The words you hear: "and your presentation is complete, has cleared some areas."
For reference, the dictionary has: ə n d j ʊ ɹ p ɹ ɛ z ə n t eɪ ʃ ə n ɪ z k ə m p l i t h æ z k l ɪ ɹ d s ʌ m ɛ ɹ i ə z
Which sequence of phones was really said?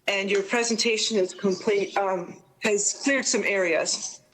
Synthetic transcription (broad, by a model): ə n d j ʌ ɹ p ɹ ɛ z ə n t eɪ ʃ ə n ɪ z k ə m p l i t h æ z k l ɪ ɹ d s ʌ m ɛ ɹ i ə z